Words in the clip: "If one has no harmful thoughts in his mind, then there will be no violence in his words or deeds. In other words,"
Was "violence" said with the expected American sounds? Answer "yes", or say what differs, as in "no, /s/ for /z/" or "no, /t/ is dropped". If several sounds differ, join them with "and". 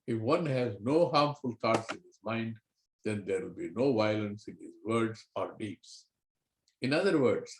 yes